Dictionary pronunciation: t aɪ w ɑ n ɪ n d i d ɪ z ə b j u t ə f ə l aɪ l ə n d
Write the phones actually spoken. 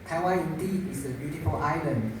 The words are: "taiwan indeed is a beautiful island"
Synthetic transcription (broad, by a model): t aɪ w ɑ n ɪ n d i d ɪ s ə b j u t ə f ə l aɪ l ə n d